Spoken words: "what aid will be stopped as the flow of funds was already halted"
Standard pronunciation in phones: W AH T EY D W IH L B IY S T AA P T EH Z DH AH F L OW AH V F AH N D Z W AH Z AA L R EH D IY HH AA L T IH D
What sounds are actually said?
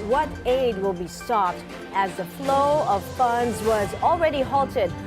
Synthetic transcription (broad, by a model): W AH T EY D W IH L B IY S T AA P T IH Z DH AH F L OW AH V F AH N D Z W AH Z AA L R EH D IY HH AA L T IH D